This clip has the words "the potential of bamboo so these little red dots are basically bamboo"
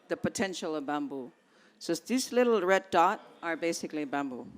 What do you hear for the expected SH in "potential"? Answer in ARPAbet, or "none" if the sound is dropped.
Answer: SH